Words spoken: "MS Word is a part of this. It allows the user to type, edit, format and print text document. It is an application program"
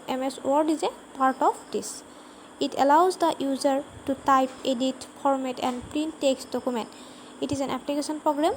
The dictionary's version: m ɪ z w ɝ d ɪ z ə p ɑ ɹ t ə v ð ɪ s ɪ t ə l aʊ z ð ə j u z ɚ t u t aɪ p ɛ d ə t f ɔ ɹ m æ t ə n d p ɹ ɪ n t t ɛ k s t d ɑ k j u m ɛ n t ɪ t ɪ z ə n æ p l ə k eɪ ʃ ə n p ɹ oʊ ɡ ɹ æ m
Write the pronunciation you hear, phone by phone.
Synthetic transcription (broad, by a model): m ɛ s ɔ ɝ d ɪ z ə p ɑ ɹ t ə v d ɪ s ɪ t ə l aʊ z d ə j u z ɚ t u t aɪ p ɛ d ə t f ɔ ɹ m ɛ t ə n d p ɹ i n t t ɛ k s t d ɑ k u m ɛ n t ɪ t ɪ z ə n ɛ p l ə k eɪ s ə n p ɹ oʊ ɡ ɹ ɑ m